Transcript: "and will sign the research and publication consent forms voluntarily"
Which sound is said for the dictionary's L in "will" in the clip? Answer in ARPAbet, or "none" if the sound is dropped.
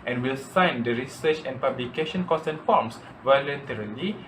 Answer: L